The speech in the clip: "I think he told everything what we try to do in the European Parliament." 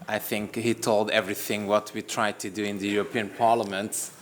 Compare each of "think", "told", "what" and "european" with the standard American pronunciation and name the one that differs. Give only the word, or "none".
none